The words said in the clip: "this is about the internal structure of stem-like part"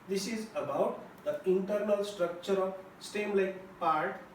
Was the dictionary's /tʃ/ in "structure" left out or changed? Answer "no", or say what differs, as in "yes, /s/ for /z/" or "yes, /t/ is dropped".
no